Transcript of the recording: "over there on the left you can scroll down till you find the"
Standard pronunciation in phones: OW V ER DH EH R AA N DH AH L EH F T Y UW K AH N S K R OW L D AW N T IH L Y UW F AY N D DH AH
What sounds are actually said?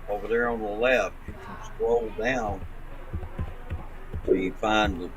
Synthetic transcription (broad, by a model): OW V ER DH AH R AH N DH AH L EH F T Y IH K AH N S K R OW L D AW N S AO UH Y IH F AY N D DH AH